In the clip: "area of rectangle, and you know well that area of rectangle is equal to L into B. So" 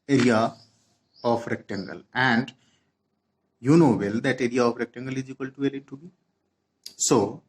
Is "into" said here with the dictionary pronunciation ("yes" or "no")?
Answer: no